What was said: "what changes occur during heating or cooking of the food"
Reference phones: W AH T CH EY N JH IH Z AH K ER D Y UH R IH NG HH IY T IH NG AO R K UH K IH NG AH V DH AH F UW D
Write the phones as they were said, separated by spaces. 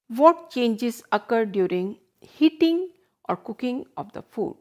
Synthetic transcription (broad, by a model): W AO T CH EY N JH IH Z AH K ER D Y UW R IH NG HH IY T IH NG AO R K UH K IH NG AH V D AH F UW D